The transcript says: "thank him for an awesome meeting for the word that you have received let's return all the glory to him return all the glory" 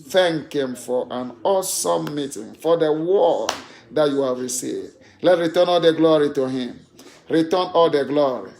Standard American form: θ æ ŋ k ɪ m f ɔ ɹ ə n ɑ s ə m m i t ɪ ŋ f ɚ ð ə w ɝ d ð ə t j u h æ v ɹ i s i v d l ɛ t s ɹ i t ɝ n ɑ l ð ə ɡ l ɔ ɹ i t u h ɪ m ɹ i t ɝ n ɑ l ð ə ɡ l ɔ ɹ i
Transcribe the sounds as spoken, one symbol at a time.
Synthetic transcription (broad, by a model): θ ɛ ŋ k ɪ m f ɔ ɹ ə n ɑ s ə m m i t ɪ ŋ f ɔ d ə w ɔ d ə t j u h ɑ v ɹ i s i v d l ɛ t ɹ i t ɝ n ɑ l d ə ɡ l ɔ ɹ i t u h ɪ m ɹ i t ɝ n ɑ l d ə ɡ l ɔ ɹ i